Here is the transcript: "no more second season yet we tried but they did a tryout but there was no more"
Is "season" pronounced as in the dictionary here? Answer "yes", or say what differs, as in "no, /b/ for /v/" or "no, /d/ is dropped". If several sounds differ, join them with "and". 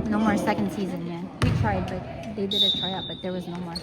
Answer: yes